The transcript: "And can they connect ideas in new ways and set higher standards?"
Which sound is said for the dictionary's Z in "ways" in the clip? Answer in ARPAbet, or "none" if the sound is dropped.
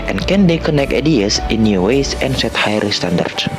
S